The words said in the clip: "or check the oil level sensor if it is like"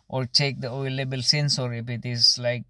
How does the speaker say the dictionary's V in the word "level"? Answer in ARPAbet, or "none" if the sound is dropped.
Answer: B